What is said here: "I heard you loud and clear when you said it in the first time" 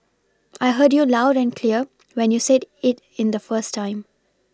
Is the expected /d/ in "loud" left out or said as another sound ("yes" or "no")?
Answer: no